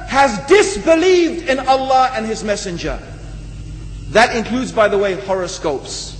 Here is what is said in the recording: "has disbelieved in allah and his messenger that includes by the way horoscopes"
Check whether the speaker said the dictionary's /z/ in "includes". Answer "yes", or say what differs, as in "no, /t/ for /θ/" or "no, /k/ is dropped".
yes